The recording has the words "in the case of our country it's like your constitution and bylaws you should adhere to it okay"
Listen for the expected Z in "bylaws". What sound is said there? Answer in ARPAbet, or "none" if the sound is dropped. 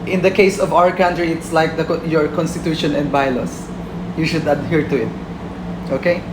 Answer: S